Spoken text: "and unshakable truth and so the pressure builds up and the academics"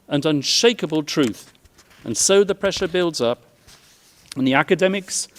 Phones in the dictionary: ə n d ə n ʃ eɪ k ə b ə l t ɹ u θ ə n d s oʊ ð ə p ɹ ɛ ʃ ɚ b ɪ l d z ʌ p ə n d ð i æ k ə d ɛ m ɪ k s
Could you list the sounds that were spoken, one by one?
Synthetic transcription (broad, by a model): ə n ə n ʃ eɪ k ə b ə l t ɹ u θ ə n s oʊ ð ə p ɹ ɛ ʃ ɚ b ɪ l d z ʌ p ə n ð i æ k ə d ɛ m ɪ k s